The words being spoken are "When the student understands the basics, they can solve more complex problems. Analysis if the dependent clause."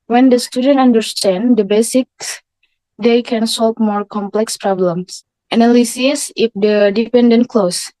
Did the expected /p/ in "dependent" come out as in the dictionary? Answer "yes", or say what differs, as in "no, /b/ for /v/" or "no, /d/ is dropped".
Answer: yes